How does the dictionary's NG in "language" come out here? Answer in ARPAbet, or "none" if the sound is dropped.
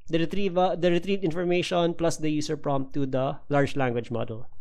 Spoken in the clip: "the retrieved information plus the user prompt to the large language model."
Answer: NG